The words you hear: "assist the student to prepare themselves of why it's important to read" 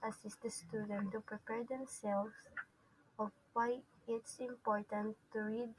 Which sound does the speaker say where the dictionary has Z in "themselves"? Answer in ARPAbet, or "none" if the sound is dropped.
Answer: S